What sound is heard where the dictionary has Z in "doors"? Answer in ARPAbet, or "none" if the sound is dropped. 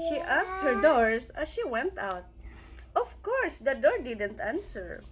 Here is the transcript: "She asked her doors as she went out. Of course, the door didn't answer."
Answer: S